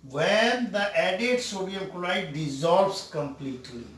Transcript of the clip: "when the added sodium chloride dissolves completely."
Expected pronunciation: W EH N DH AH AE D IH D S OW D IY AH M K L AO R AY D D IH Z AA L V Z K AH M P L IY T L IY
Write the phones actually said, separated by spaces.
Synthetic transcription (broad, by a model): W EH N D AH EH D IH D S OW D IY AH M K AO L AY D D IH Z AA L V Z K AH M P L IY T L IY